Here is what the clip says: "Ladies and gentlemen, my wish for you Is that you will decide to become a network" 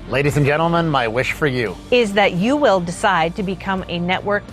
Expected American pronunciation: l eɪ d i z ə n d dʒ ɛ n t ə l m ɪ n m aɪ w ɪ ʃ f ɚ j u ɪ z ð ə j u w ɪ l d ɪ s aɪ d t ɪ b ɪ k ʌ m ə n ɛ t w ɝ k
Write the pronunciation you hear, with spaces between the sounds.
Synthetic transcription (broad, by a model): l eɪ d i z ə n dʒ ɛ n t l m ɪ n m aɪ w ɪ ʃ f ɚ j u ɪ z ð ə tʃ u w ɪ l d ɪ s aɪ d t ɪ b ɪ k ʌ m ə n ɛ t w ɝ k